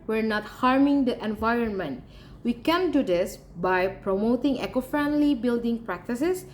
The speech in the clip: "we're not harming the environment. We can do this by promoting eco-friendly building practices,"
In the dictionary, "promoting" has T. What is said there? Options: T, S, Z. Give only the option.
T